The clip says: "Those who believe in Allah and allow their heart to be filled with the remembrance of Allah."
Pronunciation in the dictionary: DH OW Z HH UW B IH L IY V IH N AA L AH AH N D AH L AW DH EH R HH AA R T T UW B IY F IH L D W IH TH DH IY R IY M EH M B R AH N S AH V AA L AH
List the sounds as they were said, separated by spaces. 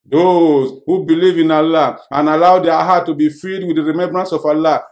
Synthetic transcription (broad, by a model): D OW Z HH UW B IH L IY V IH N AA L AH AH N AH L AW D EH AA HH AA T T UW B IY F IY D W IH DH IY R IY M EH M B R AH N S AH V AA L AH